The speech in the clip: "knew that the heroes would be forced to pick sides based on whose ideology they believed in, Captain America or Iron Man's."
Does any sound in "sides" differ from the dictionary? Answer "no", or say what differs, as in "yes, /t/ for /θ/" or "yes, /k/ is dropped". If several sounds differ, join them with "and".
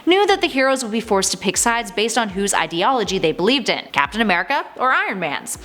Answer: no